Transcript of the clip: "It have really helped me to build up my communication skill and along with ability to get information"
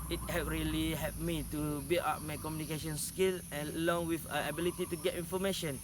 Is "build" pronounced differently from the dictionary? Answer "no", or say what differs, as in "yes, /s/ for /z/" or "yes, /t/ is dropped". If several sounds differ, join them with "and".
yes, /d/ is dropped